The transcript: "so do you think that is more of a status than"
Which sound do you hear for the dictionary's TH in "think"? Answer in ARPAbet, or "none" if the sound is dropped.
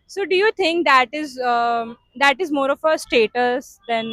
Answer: T